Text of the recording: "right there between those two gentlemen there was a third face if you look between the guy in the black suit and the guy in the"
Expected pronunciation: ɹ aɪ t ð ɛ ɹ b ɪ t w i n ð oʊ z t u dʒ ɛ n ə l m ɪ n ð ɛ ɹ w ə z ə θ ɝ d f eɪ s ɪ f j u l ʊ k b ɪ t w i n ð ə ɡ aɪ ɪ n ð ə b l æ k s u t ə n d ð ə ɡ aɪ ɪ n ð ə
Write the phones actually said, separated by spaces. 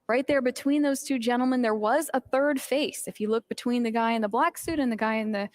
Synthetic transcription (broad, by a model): ɹ aɪ t ð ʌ ɹ b ɪ t w i n ð oʊ z t u dʒ ɛ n l m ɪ n ð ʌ ɹ w ə z ə θ ɝ d f eɪ s ɪ f j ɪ l ʊ k b ɪ t w i n ð ə ɡ aɪ ɪ n ð ə b l æ k s u t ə n ð ə ɡ aɪ ɪ n ð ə